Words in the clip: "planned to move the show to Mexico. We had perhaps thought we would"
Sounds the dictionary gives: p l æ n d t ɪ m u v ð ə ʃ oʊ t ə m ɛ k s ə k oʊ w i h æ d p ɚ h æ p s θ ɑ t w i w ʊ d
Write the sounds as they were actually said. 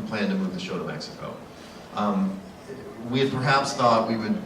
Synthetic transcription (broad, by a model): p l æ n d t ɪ m u v ð ə ʃ oʊ t ə m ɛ k s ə k oʊ w i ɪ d p ɚ h æ p s θ ɑ t w i w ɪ d